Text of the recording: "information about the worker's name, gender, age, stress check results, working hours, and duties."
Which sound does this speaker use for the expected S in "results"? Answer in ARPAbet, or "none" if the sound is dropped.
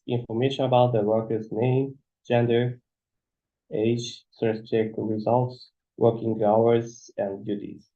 S